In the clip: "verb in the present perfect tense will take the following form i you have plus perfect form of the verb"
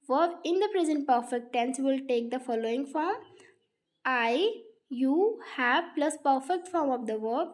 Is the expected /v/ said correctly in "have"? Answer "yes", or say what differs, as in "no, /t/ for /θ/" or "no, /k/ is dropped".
no, /b/ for /v/